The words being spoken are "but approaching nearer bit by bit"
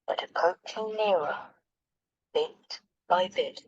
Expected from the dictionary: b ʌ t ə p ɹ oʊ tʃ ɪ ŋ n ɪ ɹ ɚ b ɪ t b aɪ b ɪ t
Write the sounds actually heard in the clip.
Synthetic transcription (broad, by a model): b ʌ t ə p oʊ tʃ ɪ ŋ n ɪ ɹ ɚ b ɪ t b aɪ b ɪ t